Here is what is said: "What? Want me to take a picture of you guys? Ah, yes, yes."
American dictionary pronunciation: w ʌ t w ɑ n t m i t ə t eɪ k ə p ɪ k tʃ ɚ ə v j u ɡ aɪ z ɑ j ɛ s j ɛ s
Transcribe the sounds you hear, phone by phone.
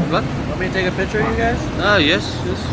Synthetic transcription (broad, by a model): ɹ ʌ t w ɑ t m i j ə t eɪ k ə p ɪ k tʃ ɚ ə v j u ɡ aɪ z ɑ j ɛ s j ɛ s